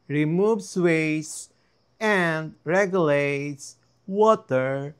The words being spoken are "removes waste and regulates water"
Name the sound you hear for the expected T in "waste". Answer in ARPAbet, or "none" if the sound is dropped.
none